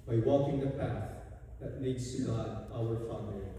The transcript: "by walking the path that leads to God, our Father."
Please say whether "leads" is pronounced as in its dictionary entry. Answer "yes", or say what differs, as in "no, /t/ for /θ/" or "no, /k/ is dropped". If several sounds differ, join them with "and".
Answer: no, /n/ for /l/